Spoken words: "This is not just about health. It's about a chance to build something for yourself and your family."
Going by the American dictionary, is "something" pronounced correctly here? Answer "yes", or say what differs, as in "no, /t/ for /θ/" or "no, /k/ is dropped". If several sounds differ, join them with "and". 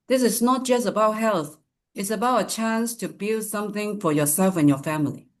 yes